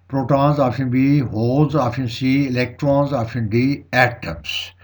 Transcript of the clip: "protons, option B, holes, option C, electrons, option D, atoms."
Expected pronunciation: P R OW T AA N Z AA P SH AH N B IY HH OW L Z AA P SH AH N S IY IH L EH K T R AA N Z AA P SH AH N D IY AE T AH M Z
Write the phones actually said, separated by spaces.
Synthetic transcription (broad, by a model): P R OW T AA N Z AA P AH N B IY HH OW L Z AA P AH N S IY IH L EH K T R AA N Z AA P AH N D IY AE T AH M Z